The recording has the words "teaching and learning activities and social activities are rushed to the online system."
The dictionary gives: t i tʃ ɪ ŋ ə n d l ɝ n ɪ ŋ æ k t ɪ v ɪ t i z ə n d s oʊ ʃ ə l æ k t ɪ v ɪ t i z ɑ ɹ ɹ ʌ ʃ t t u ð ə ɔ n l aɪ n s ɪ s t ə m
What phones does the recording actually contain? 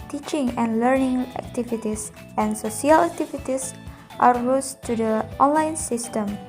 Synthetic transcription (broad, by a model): t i tʃ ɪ ŋ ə n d l ɝ n ɪ ŋ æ k t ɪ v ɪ t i s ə n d s oʊ s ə l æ k t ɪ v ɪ t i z ɑ ɹ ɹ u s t t u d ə ɔ n l aɪ n s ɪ s t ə m